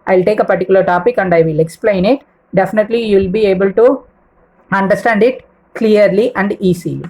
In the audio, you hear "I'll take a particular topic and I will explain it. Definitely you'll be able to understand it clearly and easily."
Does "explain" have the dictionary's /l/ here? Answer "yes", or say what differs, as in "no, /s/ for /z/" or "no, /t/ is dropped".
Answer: yes